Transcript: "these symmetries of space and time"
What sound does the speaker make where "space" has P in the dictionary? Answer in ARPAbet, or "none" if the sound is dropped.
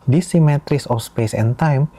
P